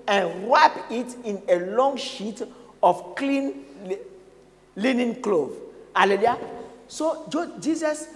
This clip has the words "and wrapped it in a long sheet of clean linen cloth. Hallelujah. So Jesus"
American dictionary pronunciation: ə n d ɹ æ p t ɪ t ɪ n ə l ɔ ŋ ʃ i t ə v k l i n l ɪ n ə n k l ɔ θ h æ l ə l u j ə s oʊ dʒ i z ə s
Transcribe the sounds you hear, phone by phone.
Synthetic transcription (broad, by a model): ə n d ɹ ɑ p ɪ t ɪ n ə l ɔ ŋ ʃ i t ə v k l i n l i n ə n k l ɔ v h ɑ l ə l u j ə s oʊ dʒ i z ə s